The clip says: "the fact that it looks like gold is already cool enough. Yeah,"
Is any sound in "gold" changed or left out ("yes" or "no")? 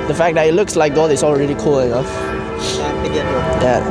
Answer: yes